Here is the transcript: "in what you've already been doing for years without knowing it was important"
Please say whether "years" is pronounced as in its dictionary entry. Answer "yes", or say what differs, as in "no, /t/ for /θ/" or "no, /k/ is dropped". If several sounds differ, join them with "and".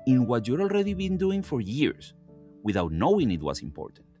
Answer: no, /s/ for /z/